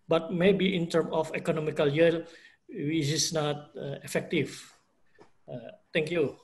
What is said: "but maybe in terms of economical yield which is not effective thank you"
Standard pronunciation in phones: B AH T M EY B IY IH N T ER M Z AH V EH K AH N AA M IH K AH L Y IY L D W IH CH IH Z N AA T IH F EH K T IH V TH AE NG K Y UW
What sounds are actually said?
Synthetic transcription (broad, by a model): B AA T M EY B IY IH N T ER M AH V EH K AH N AA M IH K AH L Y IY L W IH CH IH S N AA T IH F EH K T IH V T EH NG K Y UW